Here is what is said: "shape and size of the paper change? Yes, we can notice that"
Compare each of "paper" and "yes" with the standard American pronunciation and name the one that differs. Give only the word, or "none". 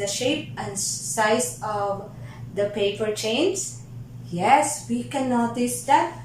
none